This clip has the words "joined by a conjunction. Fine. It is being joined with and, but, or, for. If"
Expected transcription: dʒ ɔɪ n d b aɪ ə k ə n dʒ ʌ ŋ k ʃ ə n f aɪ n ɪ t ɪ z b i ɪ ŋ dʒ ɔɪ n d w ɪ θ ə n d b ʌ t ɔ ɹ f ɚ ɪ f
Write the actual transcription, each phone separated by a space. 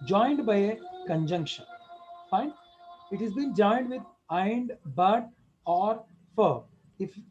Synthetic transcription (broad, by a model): dʒ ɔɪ n d b aɪ ə k ə n dʒ ʌ ŋ k ʃ ə n f aɪ n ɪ t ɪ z b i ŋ dʒ ɔɪ n d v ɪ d ə n d b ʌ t ɔ ɹ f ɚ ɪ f